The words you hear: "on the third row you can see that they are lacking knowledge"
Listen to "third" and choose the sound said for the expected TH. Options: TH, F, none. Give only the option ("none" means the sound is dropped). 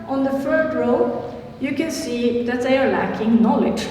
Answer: F